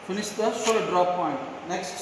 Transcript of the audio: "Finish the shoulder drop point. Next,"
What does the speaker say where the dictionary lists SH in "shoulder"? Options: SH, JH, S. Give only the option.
S